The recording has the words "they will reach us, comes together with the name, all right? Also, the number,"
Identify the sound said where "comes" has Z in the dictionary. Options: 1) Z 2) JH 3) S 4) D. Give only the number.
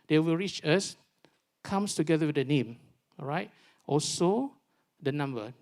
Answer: 3